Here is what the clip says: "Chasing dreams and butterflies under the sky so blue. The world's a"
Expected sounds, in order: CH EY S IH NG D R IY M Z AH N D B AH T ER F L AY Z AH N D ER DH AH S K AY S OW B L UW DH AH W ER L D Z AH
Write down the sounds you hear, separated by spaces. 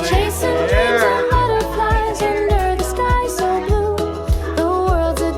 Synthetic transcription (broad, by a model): CH EY S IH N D R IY Z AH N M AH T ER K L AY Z AH N D ER DH AH S K AY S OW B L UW DH AH W ER L D Z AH